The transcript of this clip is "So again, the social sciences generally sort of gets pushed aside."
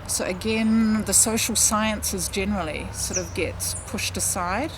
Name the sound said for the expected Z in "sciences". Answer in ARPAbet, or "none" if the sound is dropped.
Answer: Z